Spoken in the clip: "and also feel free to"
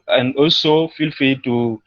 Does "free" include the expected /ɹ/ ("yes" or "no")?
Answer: no